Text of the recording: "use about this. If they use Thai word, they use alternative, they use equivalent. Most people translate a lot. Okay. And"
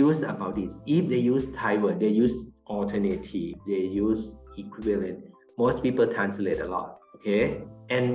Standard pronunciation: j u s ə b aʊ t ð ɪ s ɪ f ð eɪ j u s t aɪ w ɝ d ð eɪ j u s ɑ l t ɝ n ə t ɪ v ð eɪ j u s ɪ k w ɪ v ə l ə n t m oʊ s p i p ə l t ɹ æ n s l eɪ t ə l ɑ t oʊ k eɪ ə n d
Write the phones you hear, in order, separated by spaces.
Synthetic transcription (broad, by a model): u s ə b aʊ t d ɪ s ɪ f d eɪ j u s t aɪ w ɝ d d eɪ j u s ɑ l t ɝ n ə t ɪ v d eɪ j u s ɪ k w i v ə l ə n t m oʊ s p i p ə l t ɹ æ n s l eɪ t ə l ɑ t oʊ k eɪ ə n